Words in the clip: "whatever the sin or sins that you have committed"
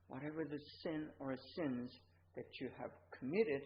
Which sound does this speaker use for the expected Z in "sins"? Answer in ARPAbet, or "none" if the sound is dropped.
Z